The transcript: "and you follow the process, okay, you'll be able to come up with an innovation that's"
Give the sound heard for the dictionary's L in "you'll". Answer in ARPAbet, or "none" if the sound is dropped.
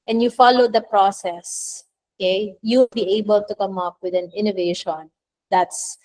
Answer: W